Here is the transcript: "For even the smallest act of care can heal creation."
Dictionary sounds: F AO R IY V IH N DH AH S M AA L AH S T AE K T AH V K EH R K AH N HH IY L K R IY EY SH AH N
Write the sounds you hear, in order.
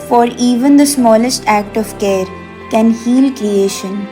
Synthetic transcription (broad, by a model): F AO R IY V IH N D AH S M AA L AH S T AE K T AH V K EH R K AH N HH IY L K R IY EY SH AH N